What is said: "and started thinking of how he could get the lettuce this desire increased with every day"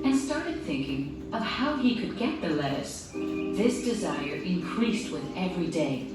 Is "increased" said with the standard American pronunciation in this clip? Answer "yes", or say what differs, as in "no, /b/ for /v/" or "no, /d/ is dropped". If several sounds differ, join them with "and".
yes